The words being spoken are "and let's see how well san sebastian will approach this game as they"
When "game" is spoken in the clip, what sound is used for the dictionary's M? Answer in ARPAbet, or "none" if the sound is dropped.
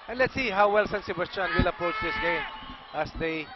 none